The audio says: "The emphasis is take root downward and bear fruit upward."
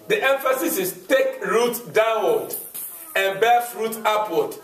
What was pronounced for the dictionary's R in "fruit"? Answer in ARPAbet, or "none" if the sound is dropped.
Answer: R